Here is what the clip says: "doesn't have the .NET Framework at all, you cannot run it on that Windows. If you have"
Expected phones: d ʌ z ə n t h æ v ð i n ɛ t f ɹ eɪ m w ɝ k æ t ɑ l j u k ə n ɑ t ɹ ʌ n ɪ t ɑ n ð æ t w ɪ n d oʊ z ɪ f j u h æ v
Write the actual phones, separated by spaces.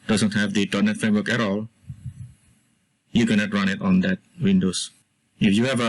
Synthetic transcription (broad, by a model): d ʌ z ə n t h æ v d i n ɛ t f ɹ eɪ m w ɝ k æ t ɑ l j u k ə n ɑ t ɹ ʌ n ɪ t ɑ n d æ t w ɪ n d oʊ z ɪ f j u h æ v